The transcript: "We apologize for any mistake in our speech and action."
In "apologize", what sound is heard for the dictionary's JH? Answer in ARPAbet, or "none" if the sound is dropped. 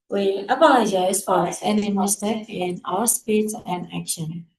none